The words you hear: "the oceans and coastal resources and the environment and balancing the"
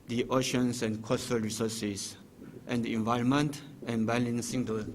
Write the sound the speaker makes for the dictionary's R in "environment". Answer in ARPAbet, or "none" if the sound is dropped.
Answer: none